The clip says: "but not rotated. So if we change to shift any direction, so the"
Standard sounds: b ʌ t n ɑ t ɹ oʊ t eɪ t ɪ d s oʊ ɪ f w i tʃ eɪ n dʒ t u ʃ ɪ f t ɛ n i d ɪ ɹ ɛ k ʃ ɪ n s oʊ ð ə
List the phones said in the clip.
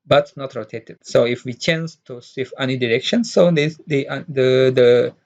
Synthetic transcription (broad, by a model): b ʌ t n ɑ t ɹ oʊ t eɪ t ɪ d s oʊ ɪ f w i tʃ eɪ n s t u s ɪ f ɛ n i d ɪ ɹ ɛ k ʃ ɪ n s oʊ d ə